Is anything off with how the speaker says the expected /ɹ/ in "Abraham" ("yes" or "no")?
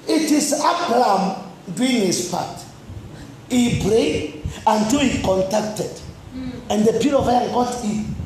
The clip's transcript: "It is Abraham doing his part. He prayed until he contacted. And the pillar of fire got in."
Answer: yes